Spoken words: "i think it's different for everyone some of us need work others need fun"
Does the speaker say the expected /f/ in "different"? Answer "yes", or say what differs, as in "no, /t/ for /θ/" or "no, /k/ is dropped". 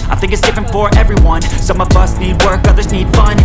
yes